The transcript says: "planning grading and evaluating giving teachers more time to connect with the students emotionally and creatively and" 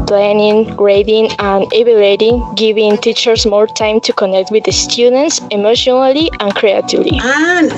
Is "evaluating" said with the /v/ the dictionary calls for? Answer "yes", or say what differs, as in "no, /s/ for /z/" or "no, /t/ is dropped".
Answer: no, /b/ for /v/